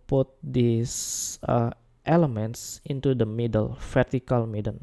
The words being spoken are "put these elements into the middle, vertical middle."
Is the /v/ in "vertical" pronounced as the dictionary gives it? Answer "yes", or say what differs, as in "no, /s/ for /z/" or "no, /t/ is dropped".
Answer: no, /f/ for /v/